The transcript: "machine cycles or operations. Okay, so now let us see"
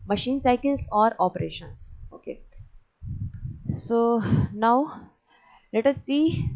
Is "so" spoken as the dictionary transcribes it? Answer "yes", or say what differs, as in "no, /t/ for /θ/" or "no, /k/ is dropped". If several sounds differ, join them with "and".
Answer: yes